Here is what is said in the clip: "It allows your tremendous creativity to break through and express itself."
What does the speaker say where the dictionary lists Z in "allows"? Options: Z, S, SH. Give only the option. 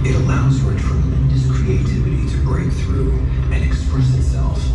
Z